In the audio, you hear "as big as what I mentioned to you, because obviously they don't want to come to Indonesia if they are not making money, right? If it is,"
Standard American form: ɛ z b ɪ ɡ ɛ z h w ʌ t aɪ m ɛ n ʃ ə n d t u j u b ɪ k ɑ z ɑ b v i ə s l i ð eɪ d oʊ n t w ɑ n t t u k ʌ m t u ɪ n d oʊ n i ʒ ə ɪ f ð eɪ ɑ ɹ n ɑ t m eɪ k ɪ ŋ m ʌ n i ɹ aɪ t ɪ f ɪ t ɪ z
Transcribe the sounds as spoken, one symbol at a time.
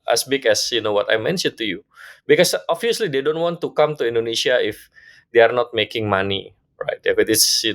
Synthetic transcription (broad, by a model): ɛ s b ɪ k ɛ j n w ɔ t aɪ m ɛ n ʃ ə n t u j u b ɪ k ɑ s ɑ v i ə s l i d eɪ d oʊ n t w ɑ n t t u k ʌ m t u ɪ n d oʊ n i ʃ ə ɪ f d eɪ ɑ ɹ n ɑ t m eɪ k ɪ ŋ m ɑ n i ɹ aɪ t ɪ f ɪ t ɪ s